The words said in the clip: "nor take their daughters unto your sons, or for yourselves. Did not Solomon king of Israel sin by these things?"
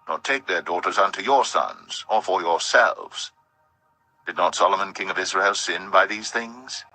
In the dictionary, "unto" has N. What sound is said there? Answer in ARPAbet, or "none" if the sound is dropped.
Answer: N